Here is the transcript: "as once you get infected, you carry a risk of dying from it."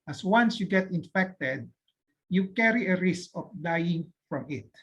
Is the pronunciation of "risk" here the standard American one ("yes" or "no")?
yes